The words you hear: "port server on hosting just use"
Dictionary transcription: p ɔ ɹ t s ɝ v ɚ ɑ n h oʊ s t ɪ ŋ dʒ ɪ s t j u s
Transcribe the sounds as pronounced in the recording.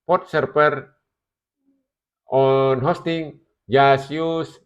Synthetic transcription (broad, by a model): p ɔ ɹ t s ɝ p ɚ ɑ n h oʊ s t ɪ ŋ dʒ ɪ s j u s